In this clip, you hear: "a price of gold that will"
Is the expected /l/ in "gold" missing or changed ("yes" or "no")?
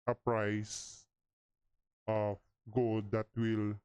no